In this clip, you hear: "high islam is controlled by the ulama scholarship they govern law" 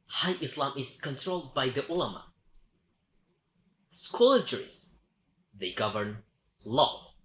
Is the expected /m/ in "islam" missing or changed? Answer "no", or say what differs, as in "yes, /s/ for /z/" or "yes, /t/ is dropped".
no